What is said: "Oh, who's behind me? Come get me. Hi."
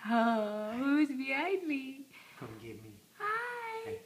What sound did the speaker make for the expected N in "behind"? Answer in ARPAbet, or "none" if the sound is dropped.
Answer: none